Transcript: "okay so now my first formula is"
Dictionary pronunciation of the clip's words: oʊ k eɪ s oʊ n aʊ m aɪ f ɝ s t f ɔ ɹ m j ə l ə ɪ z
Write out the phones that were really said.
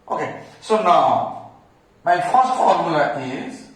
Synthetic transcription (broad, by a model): oʊ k eɪ s oʊ n aʊ m aɪ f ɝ s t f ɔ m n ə ə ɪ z